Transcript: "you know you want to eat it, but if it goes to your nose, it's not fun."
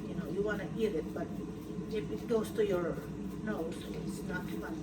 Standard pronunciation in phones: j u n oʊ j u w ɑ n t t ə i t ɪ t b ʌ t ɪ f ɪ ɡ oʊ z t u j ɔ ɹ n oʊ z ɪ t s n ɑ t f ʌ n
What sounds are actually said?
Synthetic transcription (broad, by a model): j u n oʊ j u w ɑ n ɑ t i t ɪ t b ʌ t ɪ p ɪ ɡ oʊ s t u j ɔ ɹ n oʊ ɪ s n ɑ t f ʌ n